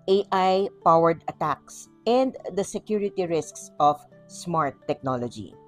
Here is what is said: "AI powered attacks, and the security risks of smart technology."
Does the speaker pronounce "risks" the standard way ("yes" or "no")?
yes